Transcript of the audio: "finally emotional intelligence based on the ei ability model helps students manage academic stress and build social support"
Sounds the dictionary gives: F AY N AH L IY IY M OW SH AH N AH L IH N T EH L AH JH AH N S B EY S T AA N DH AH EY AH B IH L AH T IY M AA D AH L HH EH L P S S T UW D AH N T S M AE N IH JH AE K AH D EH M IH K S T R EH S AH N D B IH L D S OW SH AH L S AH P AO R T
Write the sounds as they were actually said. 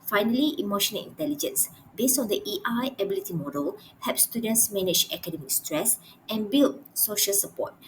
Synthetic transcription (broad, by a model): F AY N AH L IY IY M OW SH AH N AH L IH N T EH L AH JH AH N S B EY S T AA N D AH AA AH B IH L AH T IY M AA D AH L HH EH P S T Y UW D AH N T S M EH N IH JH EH K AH D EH M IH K S T R EH S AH N B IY L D S OW SH AH L S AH P AO T